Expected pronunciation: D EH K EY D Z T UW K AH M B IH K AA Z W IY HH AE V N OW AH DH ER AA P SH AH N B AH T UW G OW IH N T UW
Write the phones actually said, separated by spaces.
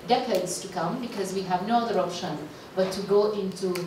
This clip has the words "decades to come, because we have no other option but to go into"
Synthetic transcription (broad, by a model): D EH K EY D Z T UW K AH M B IH K AA Z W IY HH AE V N OW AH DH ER AA P SH AH N B AH T UW G OW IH N T UW